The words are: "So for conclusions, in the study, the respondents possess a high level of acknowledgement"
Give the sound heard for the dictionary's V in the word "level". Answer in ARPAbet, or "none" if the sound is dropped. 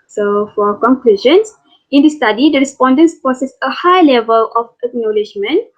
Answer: V